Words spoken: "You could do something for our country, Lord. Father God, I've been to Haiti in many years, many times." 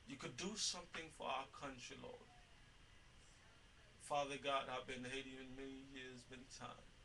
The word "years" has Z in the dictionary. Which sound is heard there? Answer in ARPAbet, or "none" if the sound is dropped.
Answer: Z